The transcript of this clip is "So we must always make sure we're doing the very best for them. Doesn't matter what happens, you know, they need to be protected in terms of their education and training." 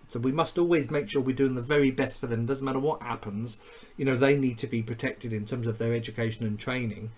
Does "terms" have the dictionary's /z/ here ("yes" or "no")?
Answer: yes